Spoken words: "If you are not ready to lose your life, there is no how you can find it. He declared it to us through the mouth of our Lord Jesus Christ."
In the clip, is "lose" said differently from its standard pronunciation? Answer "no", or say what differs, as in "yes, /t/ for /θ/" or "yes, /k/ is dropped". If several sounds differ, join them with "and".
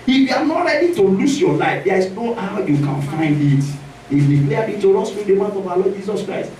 yes, /s/ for /z/